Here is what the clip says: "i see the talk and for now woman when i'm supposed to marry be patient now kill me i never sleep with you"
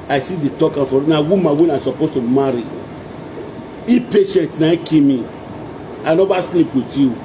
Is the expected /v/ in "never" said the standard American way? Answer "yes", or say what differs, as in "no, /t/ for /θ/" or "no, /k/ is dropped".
no, /b/ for /v/